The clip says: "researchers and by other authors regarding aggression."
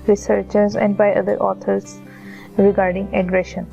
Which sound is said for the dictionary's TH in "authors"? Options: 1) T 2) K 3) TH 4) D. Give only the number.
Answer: 1